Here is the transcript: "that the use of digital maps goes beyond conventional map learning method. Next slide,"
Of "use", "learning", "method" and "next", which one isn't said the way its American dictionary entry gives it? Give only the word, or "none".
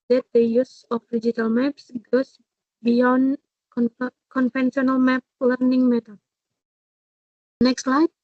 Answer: method